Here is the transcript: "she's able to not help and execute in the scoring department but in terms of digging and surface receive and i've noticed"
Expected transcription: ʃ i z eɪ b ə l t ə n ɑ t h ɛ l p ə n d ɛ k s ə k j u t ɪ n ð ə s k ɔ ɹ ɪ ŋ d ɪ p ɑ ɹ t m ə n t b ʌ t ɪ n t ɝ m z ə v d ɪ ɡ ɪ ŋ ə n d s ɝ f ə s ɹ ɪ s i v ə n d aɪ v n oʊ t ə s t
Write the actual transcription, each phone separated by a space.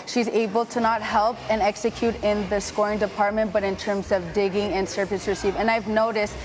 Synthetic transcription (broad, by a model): ʃ i z eɪ b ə l t ə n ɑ t h ɛ l p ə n ɛ k s ə k j u t ɪ n ð ə s k ɔ ɹ ɪ ŋ d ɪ p ɑ ɹ t m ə n b ʌ t ɪ n t ɝ m z ə v d ɪ ɡ ɪ ŋ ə n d s ɝ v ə s ɹ ɪ s i v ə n aɪ v n oʊ t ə s t